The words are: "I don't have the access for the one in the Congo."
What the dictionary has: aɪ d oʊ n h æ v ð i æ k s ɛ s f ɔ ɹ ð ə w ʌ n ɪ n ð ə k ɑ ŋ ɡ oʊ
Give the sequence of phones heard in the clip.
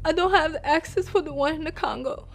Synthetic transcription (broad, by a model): aɪ d oʊ n h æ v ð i æ k s ɛ s f ɔ ɹ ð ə w ʌ n ɪ n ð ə k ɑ ŋ ɡ oʊ